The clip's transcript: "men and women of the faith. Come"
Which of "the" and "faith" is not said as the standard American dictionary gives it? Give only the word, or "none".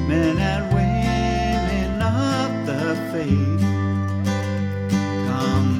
faith